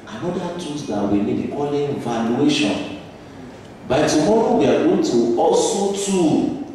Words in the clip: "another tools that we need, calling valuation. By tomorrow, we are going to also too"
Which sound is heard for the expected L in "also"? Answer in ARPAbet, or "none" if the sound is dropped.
none